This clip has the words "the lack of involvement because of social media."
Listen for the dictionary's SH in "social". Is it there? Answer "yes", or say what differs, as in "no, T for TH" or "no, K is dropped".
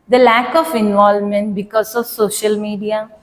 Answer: yes